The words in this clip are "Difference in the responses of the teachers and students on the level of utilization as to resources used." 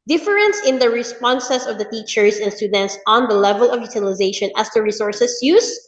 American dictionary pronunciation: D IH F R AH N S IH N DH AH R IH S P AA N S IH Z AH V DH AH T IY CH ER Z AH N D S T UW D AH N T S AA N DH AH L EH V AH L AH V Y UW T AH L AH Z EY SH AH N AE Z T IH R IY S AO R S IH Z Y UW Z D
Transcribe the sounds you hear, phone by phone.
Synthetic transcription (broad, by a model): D IH F R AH N S IH N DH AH R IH S P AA N S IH S AH V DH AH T IY CH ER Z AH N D S T UW D AH N T S AA N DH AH L EH V AH L AH V Y UW T AH L AH Z EY SH AH N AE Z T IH R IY S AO R S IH S Y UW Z